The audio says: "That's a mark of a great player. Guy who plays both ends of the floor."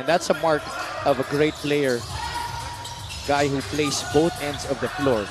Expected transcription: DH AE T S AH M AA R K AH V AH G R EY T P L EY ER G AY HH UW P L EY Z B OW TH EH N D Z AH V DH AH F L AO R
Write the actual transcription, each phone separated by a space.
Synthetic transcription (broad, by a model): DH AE T S AH M AA R K AH V AH G R EY T P L EY ER G AY HH UW P L EY S B OW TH EH N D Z AH V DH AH F L AO R